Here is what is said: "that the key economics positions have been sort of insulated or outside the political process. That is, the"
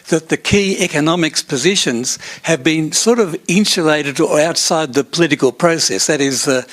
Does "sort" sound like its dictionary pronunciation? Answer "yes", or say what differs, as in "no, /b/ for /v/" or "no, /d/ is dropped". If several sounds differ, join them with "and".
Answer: yes